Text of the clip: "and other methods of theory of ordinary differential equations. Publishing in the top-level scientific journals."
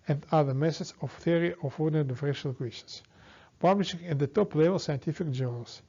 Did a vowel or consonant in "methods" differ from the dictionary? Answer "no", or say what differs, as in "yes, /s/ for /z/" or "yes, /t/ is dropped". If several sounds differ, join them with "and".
yes, /s/ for /θ/